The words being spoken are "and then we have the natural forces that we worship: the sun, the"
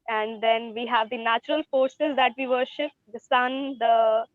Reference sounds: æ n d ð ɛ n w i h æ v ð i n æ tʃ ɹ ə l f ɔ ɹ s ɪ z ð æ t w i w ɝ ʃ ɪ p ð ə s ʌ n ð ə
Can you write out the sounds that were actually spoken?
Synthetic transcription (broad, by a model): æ n d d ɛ n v i h æ v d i n æ tʃ ɹ ə l f ɔ ɹ s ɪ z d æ t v i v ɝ ʃ ɪ p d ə s ʌ n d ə